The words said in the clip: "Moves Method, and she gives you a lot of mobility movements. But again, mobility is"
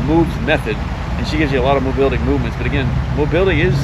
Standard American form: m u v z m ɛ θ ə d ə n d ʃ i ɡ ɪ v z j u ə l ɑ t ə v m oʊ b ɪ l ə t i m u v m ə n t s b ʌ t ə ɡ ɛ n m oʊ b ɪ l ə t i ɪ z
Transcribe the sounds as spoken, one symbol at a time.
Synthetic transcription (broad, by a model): m u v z m ɛ θ ə d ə n ʃ i ɡ ɪ v z j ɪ ə l ɑ t ə v m oʊ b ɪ l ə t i m u v m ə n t s b ʌ t ə ɡ ɛ n m oʊ b ɪ l ə t i ɪ z